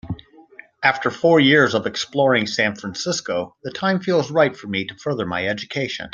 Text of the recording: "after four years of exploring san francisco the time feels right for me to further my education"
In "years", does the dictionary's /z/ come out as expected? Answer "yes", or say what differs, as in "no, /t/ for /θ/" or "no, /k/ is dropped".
yes